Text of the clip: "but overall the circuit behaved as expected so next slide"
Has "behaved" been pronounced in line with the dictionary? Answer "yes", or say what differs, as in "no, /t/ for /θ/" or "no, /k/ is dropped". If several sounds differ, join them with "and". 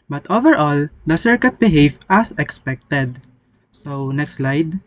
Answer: no, /d/ is dropped